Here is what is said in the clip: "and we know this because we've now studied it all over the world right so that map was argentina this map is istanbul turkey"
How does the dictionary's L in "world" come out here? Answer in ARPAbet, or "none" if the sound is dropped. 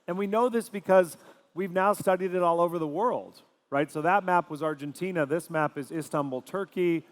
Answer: L